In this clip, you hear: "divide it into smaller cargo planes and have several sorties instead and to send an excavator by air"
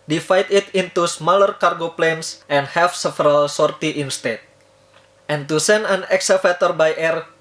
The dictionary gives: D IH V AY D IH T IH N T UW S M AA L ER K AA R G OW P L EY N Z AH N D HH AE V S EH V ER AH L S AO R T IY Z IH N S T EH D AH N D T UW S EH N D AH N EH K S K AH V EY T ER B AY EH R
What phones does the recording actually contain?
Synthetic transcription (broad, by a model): D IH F AY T IH T IH N T UW S M AA L ER K AA R G OW P L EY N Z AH N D HH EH F S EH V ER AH L S AO R T IY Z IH N S T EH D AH N T UW S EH N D AH N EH K S AH F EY T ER B AY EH R